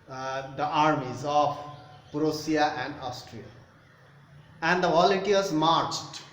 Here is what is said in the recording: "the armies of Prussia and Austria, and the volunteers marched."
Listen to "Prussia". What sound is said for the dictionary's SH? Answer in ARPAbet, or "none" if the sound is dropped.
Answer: S